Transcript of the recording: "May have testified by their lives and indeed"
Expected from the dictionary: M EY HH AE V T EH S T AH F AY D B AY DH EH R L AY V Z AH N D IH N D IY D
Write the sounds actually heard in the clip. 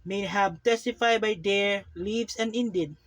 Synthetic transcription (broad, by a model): M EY HH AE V T EH S T AH F AY D B AY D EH R L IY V S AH N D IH N D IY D